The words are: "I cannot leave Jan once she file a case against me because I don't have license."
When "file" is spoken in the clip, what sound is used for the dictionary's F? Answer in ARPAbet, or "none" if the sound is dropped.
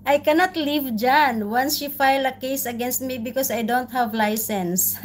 F